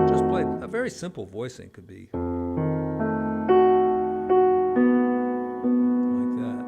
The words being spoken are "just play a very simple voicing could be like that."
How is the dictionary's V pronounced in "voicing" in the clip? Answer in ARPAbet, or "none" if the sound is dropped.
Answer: V